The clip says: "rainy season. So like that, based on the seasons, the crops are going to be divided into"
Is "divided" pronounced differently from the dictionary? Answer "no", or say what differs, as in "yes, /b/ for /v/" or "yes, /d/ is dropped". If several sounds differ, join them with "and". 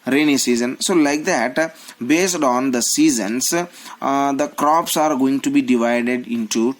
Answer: no